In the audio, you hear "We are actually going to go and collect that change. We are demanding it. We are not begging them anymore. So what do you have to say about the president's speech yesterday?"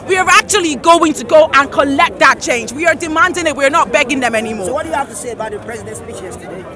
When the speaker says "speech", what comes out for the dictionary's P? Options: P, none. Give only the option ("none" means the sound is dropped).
none